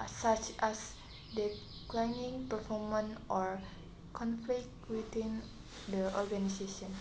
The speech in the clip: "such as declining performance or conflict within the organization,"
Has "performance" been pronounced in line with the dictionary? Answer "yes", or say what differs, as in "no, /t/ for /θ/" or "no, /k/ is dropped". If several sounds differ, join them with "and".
no, /s/ is dropped